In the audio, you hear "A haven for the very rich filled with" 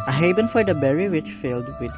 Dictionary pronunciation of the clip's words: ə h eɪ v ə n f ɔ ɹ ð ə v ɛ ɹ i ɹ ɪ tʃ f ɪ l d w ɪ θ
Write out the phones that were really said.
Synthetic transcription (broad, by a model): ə h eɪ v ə n f ɔ ɹ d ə b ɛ ɹ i w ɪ tʃ f ɪ l d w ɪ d